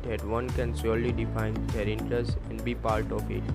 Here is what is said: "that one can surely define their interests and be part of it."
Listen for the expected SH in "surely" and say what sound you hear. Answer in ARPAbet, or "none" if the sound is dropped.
S